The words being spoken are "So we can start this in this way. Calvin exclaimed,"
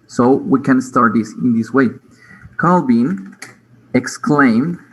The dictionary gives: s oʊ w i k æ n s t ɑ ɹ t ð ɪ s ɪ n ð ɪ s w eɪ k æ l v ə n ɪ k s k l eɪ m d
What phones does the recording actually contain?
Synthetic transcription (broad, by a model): s oʊ w i k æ n s t ɑ ɹ t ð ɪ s ɪ n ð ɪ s w eɪ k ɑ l b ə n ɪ k s k l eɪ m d